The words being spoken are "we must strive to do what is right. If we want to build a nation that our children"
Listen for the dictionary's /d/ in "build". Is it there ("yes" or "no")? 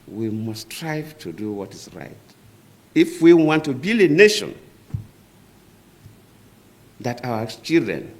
no